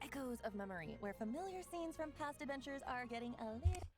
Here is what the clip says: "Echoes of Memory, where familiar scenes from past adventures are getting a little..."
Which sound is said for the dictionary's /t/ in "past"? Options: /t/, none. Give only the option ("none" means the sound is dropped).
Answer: /t/